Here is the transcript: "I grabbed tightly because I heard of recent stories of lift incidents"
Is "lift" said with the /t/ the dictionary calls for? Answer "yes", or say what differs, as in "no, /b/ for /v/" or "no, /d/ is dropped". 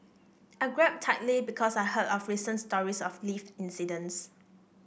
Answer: no, /t/ is dropped